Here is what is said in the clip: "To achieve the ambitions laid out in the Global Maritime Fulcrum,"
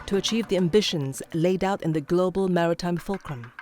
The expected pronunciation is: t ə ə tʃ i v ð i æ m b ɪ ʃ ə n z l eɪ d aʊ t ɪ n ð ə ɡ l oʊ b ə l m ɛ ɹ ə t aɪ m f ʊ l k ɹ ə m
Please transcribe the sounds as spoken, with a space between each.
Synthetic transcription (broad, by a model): t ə ə tʃ i v ð i æ m b ɪ ʃ ə n z l eɪ d aʊ t ɪ n ð ə ɡ l oʊ b ə l m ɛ ɹ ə t aɪ m f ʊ l k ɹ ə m